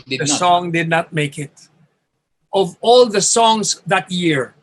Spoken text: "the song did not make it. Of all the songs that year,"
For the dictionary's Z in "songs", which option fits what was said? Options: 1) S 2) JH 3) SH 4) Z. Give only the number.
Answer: 1